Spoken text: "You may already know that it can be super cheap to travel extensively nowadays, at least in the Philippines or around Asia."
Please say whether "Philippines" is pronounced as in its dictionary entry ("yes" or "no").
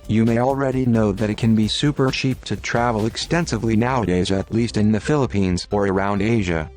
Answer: yes